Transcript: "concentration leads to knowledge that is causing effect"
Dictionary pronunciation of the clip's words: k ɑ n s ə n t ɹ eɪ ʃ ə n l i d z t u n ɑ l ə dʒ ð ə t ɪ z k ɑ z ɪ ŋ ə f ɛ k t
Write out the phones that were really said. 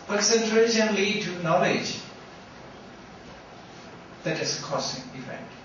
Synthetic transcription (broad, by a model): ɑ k s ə n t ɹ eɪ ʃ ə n l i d t u n ɑ l ə dʒ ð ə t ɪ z k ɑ s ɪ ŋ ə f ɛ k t